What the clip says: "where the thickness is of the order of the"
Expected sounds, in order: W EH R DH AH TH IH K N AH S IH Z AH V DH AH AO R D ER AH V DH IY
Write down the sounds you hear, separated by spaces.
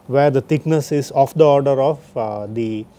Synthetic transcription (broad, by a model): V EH R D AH T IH K N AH S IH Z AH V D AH AO R D ER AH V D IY